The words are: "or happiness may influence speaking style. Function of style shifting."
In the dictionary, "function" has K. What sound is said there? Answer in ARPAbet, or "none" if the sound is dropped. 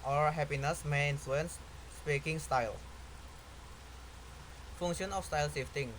none